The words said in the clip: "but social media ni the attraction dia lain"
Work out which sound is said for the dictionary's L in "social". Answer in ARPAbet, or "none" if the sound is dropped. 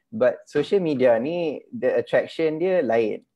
L